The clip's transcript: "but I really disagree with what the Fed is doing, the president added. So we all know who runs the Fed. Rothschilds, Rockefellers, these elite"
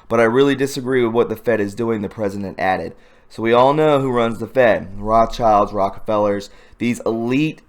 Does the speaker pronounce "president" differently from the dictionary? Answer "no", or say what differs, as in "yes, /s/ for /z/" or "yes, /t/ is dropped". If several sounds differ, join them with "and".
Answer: no